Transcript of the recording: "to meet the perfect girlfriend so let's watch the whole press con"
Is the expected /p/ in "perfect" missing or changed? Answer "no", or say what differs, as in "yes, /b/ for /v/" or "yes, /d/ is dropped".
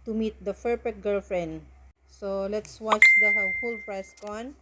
yes, /f/ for /p/